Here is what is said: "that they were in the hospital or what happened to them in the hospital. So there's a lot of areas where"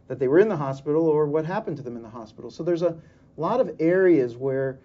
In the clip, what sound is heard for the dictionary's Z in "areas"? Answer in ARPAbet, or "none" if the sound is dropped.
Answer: Z